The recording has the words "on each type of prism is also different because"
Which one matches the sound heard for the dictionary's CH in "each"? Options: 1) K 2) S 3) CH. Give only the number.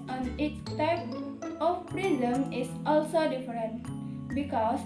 2